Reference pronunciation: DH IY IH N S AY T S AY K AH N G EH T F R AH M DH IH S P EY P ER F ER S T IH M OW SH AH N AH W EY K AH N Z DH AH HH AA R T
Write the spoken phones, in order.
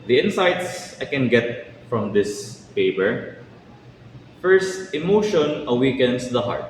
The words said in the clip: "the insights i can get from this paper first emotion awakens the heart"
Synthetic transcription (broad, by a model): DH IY IH N S AY T S AY K AH N G EH T F R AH M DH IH S P EY P ER F ER S T IH M OW SH AH N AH W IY K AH N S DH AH HH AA R T